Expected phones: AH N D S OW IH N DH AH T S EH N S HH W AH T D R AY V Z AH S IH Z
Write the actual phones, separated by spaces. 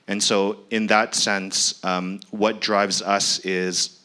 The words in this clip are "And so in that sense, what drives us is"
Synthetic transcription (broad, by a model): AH N S OW IH N DH AH T S EH N S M W AH T D R AY V Z AH S IH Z